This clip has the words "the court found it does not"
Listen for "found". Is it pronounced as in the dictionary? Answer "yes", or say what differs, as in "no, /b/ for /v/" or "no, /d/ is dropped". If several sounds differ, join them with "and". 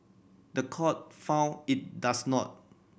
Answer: no, /d/ is dropped